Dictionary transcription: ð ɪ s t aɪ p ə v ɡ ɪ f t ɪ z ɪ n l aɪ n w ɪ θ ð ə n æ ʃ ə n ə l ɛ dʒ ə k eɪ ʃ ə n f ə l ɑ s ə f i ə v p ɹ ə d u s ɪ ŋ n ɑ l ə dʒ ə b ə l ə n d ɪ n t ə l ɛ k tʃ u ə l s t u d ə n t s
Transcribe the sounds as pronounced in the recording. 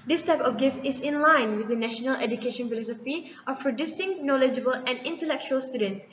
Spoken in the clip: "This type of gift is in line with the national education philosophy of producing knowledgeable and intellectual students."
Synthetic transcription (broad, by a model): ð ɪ s t aɪ p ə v ɡ ɪ f t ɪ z ɪ n l aɪ n w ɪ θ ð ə n æ ʃ ə n ə l ɛ dʒ ə k eɪ ʃ ə n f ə l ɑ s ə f i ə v p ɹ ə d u s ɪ ŋ n ɑ l ə dʒ ə b ə l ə n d ɪ n t ə l ɛ k tʃ u ə l s t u d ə n t s